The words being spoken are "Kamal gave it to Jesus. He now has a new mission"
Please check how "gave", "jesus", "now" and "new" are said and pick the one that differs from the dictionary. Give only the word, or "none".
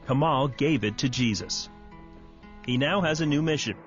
none